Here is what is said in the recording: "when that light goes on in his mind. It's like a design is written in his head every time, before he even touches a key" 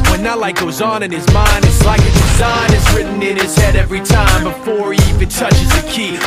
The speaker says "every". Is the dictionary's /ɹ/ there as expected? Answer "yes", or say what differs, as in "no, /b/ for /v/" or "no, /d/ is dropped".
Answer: yes